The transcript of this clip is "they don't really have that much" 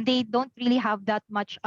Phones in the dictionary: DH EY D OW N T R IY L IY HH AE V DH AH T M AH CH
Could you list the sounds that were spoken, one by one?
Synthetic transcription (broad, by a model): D EY D OW N T R IY L IY HH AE V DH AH T M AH CH